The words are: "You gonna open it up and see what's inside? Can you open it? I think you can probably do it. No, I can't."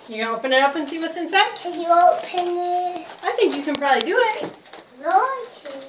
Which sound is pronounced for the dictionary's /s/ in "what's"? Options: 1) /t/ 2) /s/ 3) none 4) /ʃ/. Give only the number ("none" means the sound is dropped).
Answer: 2